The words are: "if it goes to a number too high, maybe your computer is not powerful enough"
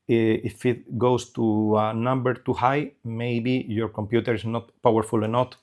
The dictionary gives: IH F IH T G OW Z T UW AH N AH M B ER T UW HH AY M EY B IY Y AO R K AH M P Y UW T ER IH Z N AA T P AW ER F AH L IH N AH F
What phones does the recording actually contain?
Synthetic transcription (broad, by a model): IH F IH T G OW S T UW AH N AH M B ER T UW HH AY M EY B IY Y AO R K AH M P Y UW T ER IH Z N AA T P AW ER F AH L N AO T